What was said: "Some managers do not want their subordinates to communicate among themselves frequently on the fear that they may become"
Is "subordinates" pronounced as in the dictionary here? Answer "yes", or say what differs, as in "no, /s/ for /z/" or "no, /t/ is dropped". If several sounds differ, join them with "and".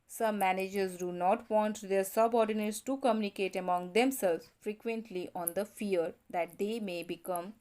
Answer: yes